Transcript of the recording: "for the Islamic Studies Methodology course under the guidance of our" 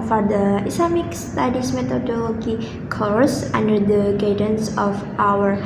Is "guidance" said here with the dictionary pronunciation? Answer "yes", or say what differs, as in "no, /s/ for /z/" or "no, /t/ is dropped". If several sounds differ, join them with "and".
yes